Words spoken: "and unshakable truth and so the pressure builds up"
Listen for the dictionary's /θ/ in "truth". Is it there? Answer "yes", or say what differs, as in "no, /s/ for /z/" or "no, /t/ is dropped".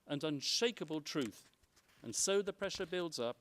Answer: yes